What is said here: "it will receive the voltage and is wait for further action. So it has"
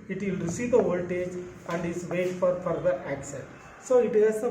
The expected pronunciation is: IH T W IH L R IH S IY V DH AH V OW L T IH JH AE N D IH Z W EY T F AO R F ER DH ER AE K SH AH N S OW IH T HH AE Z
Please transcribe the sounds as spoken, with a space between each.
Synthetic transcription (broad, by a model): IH T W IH L R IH S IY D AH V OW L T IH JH AE N D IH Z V EY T F AO R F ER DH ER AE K S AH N S OW IH T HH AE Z